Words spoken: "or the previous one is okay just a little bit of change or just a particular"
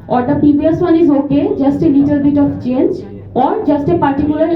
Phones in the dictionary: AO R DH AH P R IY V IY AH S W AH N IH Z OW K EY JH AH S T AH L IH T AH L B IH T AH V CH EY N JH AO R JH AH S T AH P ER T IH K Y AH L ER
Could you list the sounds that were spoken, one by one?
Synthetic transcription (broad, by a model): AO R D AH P IY B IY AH S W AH N IH Z OW K EY JH AH S T AH L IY T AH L B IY T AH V CH EY N JH AO R JH AH S T AH P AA T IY K Y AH L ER